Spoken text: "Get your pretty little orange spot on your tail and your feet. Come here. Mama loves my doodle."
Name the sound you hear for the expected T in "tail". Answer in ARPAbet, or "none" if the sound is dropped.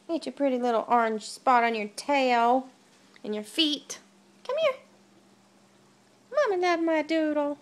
T